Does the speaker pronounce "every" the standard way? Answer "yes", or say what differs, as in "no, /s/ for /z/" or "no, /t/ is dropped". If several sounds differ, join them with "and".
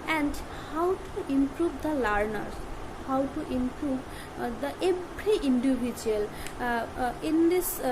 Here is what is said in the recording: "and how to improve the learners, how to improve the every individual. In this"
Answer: no, /v/ is dropped